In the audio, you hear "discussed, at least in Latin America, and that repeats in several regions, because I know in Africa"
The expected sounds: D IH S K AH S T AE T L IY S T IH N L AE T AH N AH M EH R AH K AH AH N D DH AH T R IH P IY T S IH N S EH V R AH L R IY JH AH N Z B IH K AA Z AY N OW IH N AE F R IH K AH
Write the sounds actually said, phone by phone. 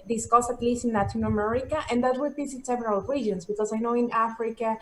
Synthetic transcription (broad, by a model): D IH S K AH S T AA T L IY S T IH N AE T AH N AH M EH R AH K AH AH N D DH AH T W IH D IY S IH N S EH V R AH L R IY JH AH N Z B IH K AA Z AY N OW IH N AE F R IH K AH